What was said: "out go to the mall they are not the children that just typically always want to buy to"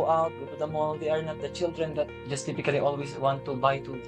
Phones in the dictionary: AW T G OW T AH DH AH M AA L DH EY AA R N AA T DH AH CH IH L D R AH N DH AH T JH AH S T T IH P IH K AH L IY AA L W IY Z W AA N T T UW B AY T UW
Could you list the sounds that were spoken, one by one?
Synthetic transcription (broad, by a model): AW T T AH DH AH M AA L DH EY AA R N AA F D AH CH IH L D R AH N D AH T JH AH S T T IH P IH K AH L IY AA L W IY S W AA N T T UW B AY T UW